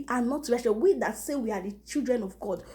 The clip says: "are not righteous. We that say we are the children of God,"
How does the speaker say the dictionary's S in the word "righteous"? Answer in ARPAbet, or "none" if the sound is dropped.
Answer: none